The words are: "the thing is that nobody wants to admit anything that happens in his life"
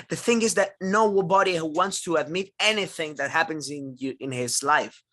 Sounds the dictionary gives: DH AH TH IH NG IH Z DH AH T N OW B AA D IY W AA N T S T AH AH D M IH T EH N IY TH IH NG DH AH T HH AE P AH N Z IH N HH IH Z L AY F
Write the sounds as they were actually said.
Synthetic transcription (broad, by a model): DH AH TH IH NG IH Z DH AH T N OW B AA D IY W AA N T S T AH AH D M IH T EH N IY TH IH NG DH AH T HH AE P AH N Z IH N HH IH Z L AY F